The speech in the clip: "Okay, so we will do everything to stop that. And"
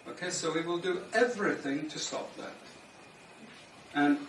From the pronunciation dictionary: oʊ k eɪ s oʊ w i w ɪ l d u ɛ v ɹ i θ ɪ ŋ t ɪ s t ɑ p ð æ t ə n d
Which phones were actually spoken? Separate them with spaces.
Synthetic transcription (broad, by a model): oʊ k eɪ s oʊ w i w ɪ l d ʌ ɛ v ɹ i θ ɪ ŋ t ɪ s t ɑ p ð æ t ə n